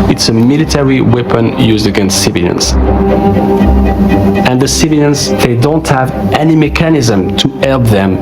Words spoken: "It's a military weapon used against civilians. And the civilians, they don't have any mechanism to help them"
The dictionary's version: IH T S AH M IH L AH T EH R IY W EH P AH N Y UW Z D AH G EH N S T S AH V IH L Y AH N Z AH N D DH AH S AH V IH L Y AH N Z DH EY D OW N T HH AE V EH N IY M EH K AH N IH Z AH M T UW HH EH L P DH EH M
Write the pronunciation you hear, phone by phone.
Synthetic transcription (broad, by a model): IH T S AH M IH L AH T EH R IY W EH P AH N Y UW Z D AH G EH N S T S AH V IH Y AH N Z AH N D DH AH S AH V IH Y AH N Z DH EY D OW N T HH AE V EH N IY M EH K AH N IH Z AH M T UW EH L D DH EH M